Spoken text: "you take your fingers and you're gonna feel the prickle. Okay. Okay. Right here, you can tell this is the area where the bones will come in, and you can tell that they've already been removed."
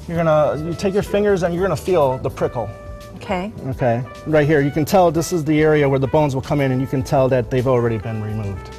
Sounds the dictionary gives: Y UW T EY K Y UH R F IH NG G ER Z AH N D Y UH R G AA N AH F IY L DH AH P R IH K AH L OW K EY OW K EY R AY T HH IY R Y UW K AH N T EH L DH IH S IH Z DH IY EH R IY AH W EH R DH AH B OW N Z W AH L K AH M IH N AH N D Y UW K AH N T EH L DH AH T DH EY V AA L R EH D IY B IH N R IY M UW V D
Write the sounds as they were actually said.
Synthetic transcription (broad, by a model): Y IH T EY K Y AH R F IH NG G ER Z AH N Y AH R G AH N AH F IY L DH AH P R IH K L OW K EY OW K EY R AY T HH IY R Y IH K AH N T EH L DH IH S IH Z DH IY EH R IY AH W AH R DH AH B OW N Z W AH L K AH M IH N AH N Y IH K AH N T EH L DH AH T DH EY V L R EH D IY B IH N R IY M UW V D